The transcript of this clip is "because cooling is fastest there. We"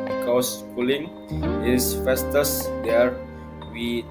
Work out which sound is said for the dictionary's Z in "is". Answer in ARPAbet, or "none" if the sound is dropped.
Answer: S